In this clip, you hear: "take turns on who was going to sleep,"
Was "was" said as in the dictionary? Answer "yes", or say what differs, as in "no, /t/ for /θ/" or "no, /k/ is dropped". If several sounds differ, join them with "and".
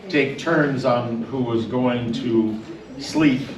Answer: yes